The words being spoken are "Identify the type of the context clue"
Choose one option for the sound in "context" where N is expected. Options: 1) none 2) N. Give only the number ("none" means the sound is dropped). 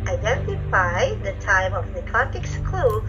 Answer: 1